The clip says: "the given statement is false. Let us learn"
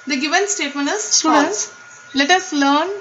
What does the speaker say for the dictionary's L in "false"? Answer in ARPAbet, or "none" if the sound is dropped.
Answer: N